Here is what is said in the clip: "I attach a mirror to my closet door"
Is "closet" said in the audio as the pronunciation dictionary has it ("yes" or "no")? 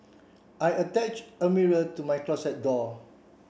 no